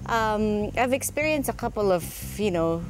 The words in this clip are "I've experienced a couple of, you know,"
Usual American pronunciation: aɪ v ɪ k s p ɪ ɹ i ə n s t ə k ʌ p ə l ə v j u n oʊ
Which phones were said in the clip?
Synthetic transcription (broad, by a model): aɪ v ɪ k s p ɪ ɹ i ə n s t ə k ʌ p l ə v j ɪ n oʊ